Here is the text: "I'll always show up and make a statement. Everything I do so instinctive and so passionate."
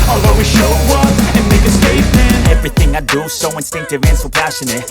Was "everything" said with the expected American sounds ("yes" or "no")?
yes